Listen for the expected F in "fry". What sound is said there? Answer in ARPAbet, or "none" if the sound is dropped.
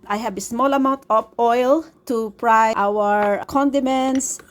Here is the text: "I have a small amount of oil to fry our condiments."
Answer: P